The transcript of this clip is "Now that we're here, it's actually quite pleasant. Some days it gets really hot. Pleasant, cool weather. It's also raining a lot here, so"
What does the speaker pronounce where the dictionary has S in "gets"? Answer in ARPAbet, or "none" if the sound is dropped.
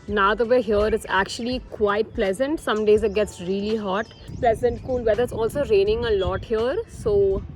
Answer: S